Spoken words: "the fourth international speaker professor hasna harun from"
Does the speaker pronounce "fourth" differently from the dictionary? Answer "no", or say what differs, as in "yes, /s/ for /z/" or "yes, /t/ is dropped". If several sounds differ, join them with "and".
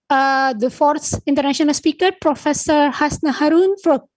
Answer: yes, /s/ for /θ/